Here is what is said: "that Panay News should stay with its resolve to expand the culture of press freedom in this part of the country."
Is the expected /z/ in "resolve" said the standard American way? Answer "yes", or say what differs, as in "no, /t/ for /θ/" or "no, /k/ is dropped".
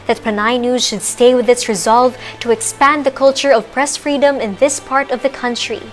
yes